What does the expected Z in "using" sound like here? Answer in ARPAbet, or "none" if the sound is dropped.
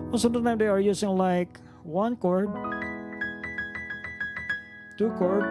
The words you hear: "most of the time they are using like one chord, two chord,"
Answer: S